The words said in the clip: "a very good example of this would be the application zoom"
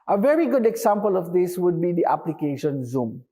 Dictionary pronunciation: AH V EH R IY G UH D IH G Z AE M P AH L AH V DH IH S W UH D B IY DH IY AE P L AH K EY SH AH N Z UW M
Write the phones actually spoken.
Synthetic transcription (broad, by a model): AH V EH R IY G UH D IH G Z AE M P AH L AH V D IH S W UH D B IY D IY AE P L AH K EY SH AH N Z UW M